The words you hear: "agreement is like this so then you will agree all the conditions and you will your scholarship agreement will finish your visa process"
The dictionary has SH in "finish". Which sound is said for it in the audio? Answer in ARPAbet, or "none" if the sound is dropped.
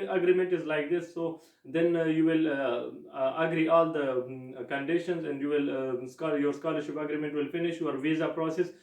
SH